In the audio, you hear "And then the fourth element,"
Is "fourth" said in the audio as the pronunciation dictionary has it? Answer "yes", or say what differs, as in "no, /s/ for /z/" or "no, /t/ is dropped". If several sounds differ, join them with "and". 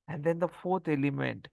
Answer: no, /t/ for /θ/